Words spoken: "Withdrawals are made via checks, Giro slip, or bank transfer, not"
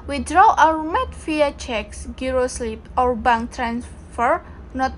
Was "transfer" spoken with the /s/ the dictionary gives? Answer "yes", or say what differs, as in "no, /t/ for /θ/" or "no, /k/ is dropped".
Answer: yes